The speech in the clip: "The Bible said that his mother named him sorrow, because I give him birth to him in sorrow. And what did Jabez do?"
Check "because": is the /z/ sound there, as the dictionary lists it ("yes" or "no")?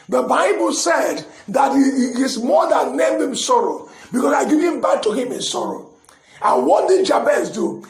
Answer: no